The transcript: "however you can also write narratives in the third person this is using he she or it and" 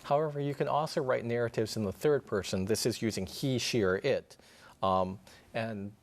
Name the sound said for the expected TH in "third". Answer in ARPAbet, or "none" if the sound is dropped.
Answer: TH